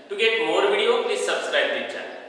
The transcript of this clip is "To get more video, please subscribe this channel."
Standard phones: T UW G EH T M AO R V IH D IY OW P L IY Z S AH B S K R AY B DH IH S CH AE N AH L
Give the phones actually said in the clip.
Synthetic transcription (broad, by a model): T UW G EH T M AO R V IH D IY OW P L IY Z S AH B S K R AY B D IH CH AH